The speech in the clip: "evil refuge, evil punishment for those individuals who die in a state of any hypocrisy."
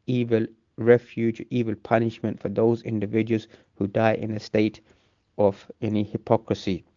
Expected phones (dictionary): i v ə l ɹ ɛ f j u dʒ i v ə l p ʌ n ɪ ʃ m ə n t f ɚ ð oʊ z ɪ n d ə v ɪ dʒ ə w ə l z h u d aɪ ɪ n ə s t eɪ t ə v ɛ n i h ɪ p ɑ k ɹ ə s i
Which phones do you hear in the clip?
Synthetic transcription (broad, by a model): i v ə l ɹ ɛ f j u dʒ i v ə l p ʌ n ɪ ʃ m ə n t f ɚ ð oʊ z ɪ n d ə v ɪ dʒ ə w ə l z h u d aɪ ɪ n ə s t eɪ t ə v ɛ n i h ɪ p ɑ k ɹ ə s i